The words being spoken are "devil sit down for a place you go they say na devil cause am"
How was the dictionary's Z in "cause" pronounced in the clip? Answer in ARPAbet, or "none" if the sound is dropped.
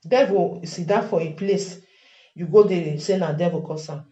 S